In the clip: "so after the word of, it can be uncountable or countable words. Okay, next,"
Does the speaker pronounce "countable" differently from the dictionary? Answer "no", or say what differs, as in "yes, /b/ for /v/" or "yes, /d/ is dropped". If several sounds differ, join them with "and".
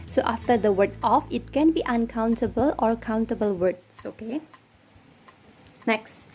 no